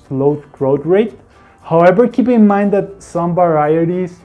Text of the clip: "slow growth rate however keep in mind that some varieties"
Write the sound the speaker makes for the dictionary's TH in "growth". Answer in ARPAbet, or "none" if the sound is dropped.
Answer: T